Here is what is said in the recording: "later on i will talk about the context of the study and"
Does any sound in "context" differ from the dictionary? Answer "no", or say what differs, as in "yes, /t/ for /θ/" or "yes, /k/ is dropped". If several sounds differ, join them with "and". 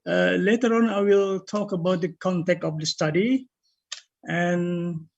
yes, /s/ is dropped